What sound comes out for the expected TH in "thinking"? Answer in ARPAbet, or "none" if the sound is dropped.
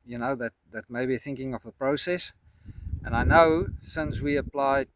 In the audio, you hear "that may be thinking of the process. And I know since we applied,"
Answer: TH